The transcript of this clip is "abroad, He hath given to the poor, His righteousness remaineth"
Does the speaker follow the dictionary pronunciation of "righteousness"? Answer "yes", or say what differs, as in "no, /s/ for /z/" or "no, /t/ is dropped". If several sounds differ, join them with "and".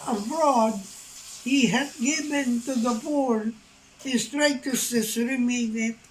no, /n/ is dropped